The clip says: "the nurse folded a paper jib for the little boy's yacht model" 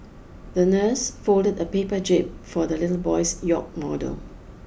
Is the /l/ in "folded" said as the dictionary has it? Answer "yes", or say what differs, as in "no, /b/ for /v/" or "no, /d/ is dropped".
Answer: yes